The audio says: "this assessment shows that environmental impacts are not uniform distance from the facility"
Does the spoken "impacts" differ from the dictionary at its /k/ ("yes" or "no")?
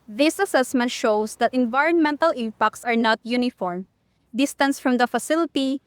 no